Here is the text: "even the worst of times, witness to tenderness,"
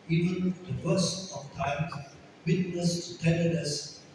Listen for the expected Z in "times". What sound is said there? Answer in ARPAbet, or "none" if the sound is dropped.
none